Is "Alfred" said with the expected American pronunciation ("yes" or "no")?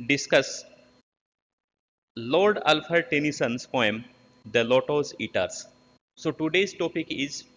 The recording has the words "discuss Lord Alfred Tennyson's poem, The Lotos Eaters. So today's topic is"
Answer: no